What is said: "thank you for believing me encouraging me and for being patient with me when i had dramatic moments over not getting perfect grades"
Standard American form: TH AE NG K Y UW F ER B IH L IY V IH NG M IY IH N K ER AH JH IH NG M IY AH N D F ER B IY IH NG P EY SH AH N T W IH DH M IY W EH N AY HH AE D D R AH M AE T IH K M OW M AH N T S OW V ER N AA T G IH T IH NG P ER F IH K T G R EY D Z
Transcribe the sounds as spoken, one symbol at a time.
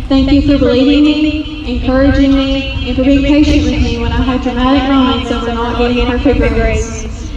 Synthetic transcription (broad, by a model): TH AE NG K Y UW F ER B IH L IY V IH NG M IY IH N K ER AH JH IH NG M IY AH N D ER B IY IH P EY SH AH N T W IH DH M IY W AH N AY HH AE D D R AH M AE T IH K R OW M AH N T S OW W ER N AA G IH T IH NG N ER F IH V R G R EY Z